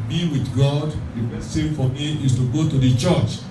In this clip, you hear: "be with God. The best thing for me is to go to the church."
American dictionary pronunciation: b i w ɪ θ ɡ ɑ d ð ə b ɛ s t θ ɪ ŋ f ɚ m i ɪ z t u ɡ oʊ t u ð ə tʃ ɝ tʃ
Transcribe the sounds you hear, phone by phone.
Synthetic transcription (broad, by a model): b i w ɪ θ ɡ ɑ d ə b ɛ t s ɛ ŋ f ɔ m i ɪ s t u ɡ oʊ t u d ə tʃ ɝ tʃ